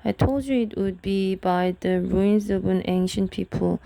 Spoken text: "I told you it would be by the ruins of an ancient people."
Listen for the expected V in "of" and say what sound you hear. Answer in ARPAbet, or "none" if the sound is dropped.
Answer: B